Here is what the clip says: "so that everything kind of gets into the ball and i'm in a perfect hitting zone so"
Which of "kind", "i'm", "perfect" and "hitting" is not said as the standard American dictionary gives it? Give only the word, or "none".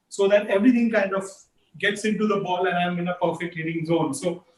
none